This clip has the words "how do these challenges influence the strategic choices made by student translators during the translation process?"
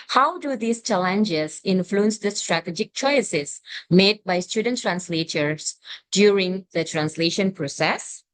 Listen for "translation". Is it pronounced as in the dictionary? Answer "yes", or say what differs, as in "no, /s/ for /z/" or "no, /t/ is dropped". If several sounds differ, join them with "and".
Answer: yes